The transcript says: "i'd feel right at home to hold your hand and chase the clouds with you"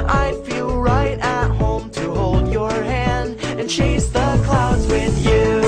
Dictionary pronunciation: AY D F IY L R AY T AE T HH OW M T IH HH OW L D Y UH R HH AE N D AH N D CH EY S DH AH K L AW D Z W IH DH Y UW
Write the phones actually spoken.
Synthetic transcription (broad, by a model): AY F IY L R AY T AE T HH OW M T IH HH OW L D Y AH R HH AE N D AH N CH EY S DH AH K L AW D Z W IH DH Y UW